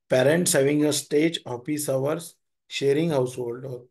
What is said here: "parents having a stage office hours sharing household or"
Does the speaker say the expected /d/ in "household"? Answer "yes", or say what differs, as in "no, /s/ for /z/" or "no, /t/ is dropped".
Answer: yes